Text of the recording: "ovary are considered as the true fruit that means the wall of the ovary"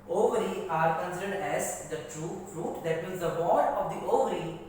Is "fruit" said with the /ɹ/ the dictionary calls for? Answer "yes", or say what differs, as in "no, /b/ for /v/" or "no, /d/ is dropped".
yes